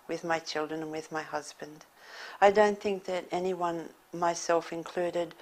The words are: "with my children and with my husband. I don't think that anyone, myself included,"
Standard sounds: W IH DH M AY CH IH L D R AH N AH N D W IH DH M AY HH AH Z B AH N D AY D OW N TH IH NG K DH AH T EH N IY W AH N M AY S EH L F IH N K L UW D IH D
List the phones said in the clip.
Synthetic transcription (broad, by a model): W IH DH M AY CH IH L D R AH N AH N W IH DH M AY HH AH Z B AH N D AY D OW N TH IH NG K DH AH T EH N IY W AH N M AY S EH L F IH N K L UW D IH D